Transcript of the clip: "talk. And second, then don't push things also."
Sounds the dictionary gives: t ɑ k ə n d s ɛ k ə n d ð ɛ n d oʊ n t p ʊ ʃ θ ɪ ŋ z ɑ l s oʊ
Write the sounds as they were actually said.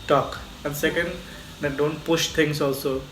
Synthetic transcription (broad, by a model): t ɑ k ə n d s ɛ k ə n d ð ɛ d oʊ n t p ʊ ʃ t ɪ ŋ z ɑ l s oʊ